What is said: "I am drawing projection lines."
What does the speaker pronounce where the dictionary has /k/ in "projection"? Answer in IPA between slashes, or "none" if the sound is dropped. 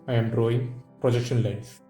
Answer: /k/